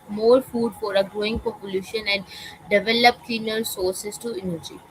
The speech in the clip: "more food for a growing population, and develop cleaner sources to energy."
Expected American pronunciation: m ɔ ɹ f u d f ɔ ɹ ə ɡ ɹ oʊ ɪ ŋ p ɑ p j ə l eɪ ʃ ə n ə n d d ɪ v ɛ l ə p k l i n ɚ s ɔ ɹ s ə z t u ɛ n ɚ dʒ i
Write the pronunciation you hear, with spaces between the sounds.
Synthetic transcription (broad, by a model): m ɔ ɹ f u d f ɔ ɹ ə ɡ ɹ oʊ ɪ ŋ p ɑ p j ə l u ʃ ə n ə n d d ɪ v ɛ l ə p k i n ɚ s ɔ ɹ s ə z t u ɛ n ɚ dʒ i